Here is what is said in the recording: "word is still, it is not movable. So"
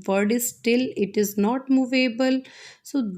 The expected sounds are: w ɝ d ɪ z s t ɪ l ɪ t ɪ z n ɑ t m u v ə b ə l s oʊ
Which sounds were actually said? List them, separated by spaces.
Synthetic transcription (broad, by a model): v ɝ d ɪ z s t ɪ l ɪ t ɪ z n ɑ t m u v ə b ə l s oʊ